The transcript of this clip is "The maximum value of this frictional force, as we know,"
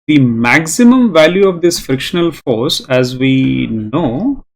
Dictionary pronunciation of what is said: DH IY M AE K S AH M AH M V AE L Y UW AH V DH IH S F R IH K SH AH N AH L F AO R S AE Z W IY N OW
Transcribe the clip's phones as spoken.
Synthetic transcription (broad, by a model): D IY M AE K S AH M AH M V AE L Y UW AH V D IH S F R IH K SH AH N AH L F AO R S AE Z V IY N OW